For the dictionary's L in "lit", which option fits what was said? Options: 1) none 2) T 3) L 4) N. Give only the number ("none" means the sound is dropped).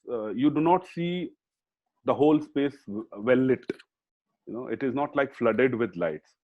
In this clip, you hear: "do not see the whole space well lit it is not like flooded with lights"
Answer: 4